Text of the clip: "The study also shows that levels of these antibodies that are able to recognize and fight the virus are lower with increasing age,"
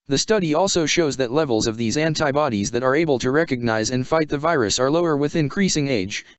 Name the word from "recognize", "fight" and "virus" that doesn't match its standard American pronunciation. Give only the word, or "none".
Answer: none